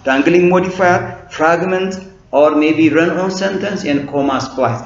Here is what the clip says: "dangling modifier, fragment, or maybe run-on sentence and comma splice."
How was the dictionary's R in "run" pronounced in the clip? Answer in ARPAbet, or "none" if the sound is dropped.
R